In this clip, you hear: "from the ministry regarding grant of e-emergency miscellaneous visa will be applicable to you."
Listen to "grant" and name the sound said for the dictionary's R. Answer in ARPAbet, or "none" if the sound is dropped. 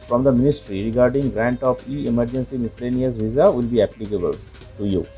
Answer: R